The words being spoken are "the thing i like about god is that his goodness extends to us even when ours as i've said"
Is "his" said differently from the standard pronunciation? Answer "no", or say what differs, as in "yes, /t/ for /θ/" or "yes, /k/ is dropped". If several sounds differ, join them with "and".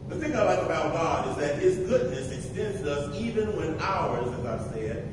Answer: no